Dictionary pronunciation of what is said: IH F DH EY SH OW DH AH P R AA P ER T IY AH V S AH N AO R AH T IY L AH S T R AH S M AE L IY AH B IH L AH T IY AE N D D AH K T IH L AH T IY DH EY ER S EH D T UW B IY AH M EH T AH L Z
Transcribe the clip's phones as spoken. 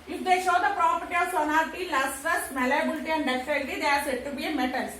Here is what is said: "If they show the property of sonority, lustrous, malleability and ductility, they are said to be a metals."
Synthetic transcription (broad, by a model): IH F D EY SH OW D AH P R AA P ER T IY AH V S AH N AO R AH T IY L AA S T AH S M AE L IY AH B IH L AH T IY AE N D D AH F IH N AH T IY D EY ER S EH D T UW B IY AH M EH T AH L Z